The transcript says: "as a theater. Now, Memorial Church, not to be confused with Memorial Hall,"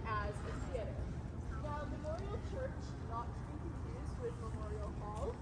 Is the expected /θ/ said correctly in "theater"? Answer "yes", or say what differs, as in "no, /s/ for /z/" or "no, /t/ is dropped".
no, /s/ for /θ/